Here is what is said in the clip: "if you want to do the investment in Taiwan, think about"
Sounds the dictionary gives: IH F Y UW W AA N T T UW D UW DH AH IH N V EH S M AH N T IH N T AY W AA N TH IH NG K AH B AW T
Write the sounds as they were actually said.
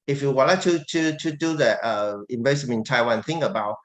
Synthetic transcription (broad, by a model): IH F Y UW W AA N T T UW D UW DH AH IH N B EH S AH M IH N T AY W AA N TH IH NG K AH B AW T